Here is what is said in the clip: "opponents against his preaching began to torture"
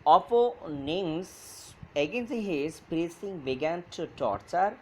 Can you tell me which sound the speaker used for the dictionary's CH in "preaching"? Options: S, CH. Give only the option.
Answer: S